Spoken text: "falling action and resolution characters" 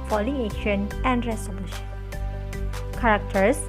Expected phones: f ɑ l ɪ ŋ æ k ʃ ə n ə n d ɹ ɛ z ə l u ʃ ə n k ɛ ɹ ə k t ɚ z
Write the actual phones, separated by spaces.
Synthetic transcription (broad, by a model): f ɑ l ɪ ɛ ʃ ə n ə n d ɹ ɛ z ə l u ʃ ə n k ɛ ɹ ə k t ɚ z